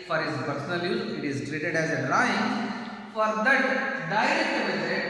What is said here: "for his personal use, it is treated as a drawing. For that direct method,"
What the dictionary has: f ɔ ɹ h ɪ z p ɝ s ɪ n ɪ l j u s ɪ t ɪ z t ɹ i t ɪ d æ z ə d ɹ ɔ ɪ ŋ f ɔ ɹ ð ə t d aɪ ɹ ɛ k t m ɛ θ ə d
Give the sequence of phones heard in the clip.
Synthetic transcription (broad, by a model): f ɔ ɹ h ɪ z p ɝ s ɪ n ɪ l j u ɪ t ɪ z t ɹ i t ɪ d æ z ə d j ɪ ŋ f ɔ ɹ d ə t d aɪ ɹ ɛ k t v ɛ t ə